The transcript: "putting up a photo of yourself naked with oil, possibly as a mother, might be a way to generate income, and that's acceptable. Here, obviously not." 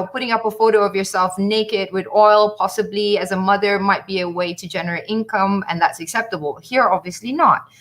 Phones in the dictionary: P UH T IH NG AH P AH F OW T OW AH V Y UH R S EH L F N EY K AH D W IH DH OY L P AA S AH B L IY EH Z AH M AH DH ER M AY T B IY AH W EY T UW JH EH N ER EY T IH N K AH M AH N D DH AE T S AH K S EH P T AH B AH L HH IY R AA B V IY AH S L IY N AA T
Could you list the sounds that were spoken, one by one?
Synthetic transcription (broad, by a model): P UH T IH NG AH P AH F OW T OW AH V Y UH R S EH L F N EY K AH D W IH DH OY L P AA S AH B L IY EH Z AH M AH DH ER M AY T B IY AH W EY T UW JH EH N ER EY T IH N K AH M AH N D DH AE T S AH K S EH P T AH B AH L HH IY R AA B V IY AH S L IY N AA T